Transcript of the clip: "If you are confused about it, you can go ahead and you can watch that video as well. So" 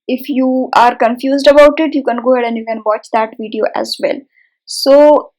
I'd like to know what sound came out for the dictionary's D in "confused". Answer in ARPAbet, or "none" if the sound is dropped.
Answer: D